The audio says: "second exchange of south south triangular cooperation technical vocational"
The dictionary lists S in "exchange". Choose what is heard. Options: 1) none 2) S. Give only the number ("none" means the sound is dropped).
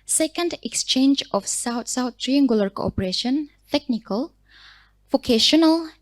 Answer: 2